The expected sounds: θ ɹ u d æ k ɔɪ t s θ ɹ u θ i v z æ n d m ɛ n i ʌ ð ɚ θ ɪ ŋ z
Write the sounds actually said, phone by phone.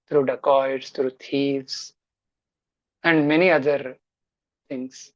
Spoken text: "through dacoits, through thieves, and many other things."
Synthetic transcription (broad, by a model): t ɹ u d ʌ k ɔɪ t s t ɹ u t i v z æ n d m ɛ n i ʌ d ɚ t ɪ ŋ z